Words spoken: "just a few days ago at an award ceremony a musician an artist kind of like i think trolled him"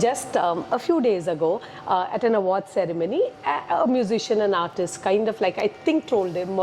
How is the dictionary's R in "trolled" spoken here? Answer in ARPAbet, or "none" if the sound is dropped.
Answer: none